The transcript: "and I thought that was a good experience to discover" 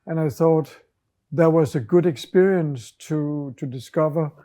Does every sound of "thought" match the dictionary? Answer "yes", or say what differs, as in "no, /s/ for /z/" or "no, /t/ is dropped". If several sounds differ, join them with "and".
yes